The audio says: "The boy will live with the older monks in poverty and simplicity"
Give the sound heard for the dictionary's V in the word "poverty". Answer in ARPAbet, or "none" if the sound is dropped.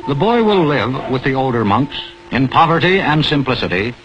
V